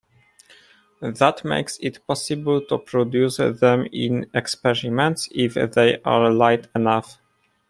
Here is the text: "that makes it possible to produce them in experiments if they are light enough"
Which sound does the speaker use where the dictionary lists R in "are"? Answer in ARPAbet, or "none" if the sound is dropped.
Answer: R